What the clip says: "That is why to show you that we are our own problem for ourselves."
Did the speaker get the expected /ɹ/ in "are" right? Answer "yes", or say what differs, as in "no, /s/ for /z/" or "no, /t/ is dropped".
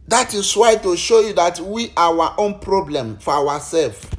no, /w/ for /ɹ/